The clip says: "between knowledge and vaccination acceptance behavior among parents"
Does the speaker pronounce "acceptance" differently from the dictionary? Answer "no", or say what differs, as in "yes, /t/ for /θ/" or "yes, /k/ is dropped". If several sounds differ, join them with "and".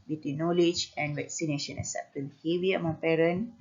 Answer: yes, /k/ is dropped